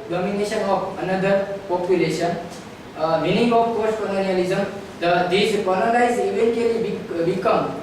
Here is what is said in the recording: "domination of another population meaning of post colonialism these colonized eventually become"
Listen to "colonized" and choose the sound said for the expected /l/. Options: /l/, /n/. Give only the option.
/n/